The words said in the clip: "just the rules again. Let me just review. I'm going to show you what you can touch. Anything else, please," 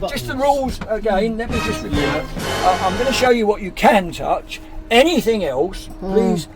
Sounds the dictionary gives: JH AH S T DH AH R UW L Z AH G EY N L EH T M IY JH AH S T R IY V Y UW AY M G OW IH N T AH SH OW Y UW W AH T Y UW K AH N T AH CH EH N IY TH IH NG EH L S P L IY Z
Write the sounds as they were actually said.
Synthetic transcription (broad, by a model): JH AH S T DH AH R UW L Z AH G EY N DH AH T M IY JH AH S T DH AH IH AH AY M G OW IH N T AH SH OW Y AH W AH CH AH K AH N T AH CH EH N IY TH IH NG EH L S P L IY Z